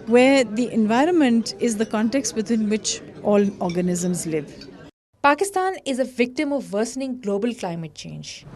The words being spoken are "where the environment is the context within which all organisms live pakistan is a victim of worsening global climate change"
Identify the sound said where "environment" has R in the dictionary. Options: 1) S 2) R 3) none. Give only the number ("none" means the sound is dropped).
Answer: 2